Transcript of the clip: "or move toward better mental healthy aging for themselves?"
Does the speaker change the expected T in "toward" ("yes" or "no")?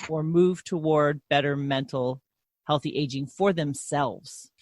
no